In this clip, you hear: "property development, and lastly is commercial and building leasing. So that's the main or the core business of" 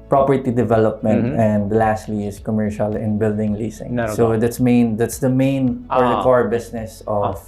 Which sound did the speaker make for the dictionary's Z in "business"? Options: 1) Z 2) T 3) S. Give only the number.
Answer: 3